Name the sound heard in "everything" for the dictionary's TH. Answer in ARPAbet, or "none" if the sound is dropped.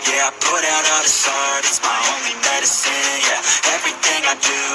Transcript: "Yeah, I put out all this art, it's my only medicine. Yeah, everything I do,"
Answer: TH